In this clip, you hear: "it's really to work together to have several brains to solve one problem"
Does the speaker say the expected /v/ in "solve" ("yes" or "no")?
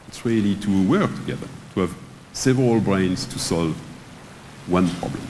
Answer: yes